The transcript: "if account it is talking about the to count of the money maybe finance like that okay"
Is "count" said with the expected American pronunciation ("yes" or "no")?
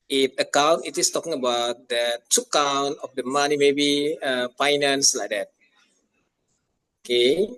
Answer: yes